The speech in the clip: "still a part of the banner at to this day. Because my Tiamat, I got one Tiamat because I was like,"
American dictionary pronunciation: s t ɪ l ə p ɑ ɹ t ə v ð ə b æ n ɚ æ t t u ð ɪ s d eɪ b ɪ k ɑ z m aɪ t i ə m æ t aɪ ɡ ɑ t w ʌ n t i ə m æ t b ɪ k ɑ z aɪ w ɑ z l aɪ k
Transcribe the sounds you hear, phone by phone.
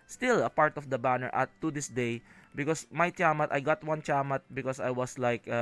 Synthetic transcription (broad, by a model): s t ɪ l ə p ɑ ɹ t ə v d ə b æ n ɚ t t u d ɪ s d eɪ b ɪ k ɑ s m aɪ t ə m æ t aɪ ɡ ɑ t w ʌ n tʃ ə m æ t b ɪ k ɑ s aɪ w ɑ s l aɪ k